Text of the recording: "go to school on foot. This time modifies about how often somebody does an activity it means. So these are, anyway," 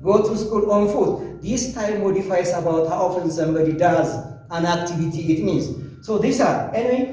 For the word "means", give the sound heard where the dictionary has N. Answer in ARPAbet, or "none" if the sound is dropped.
none